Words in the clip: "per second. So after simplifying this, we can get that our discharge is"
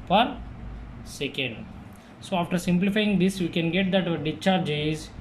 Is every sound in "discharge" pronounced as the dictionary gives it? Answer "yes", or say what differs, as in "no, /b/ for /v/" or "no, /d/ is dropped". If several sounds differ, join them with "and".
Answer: no, /s/ is dropped